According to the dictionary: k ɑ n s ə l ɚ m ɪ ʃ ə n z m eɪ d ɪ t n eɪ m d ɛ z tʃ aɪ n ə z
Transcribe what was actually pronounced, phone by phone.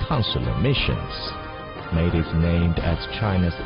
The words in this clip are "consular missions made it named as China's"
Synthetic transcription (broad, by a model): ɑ n s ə l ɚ m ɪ ʃ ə n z m eɪ d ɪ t n eɪ m d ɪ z tʃ aɪ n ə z